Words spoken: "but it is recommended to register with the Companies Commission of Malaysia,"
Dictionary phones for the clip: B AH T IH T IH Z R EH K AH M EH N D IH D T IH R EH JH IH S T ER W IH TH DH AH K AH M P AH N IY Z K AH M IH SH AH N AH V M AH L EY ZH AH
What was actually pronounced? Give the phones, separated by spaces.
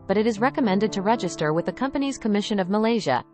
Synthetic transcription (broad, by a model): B AH T IH T IH Z R EH K AH M EH N D IH D T IH R EH JH IH S T ER W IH DH AH K AH M P AH N IY Z K AH M IH SH AH N AH V M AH L EY ZH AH